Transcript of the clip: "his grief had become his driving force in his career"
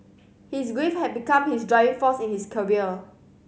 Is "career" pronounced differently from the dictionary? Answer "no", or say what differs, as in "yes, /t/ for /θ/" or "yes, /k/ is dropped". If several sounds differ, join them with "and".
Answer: yes, /l/ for /ɹ/